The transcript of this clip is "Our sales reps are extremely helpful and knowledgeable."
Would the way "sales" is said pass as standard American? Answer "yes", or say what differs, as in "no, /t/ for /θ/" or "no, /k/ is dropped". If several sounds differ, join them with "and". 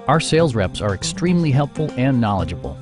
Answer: yes